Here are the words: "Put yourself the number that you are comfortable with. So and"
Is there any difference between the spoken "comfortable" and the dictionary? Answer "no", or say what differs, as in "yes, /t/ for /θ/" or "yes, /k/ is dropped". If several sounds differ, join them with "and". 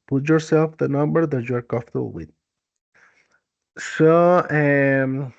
yes, /m/ is dropped